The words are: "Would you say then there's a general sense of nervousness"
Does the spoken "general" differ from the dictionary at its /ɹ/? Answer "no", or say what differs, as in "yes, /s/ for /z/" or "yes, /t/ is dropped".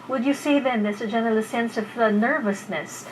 yes, /l/ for /ɹ/